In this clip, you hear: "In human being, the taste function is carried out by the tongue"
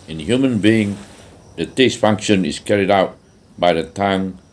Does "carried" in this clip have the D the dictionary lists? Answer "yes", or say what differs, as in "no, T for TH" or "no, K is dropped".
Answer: yes